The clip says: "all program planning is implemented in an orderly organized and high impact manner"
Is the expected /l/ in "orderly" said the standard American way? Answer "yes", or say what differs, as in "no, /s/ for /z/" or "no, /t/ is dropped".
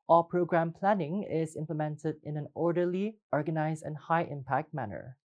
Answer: yes